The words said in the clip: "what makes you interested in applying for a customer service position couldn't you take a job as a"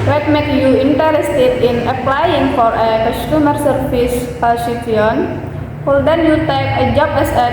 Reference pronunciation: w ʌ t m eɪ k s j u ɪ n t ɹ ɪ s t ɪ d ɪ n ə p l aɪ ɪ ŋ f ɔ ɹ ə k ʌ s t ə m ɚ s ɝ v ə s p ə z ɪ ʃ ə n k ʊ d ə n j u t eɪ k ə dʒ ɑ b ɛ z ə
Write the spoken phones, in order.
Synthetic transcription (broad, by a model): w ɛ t m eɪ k j u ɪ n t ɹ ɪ s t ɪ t ɪ n ə p l aɪ ɪ ŋ f ɔ ɹ ə k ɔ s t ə m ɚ s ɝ f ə s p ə s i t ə n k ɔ d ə n j u t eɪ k ə dʒ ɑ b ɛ s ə